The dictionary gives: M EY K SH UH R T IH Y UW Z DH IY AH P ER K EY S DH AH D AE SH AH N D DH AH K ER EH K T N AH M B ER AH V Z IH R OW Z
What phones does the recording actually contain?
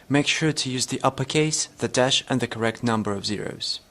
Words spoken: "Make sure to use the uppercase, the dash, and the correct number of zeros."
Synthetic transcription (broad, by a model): M EY K SH UH R T IH Y UW Z DH IY AH P ER K EY S DH AH D AE SH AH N DH AH K ER EH K T N AH M B ER AH V Z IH R OW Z